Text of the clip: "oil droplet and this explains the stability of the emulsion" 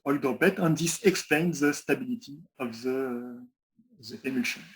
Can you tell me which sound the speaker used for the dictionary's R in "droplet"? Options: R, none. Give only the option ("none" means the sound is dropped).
none